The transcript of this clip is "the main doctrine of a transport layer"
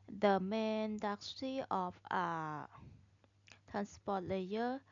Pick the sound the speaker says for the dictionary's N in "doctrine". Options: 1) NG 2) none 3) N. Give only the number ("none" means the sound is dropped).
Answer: 2